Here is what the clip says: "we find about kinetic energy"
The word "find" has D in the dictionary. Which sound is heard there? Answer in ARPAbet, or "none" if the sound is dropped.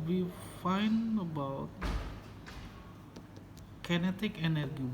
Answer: none